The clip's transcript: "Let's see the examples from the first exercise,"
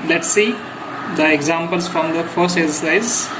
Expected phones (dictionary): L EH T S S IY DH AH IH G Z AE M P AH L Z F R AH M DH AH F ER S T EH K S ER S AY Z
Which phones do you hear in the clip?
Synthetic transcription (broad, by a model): L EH T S S IY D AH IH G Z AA M P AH L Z F R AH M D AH F ER S T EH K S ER S AY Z